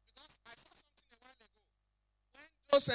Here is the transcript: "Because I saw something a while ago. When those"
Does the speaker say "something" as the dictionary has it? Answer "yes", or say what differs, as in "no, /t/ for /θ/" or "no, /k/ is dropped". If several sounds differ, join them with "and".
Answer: no, /t/ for /θ/